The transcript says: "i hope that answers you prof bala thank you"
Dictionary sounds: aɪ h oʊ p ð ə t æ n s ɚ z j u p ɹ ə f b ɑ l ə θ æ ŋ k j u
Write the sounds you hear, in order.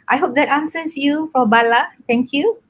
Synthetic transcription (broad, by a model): aɪ h oʊ p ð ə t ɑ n s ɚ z j u f ɹ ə b ɑ l ə t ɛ ŋ k j u